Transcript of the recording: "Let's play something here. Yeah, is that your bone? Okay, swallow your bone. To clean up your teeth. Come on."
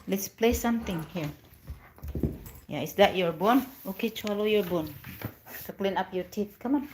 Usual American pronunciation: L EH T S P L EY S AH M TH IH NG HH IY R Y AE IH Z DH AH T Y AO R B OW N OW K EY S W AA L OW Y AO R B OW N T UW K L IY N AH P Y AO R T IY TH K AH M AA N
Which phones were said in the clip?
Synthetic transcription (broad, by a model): L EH T S P L EY S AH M T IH NG HH IY R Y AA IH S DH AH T Y AO R B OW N OW K EY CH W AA L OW Y AO R B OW N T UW K L IY N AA P Y AO R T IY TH K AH M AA N